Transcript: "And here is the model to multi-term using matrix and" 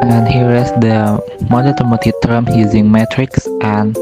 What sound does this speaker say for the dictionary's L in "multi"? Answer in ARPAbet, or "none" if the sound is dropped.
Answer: none